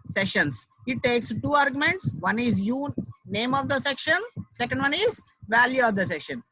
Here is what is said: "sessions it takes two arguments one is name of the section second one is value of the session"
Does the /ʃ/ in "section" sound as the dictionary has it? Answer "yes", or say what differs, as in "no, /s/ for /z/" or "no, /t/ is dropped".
yes